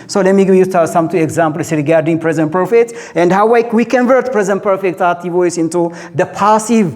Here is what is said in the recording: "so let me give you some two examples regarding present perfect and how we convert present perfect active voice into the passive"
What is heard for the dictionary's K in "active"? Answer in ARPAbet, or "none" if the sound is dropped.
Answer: none